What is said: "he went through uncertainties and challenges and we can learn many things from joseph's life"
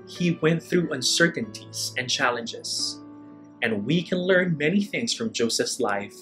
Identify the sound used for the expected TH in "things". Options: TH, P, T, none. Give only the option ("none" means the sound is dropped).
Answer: TH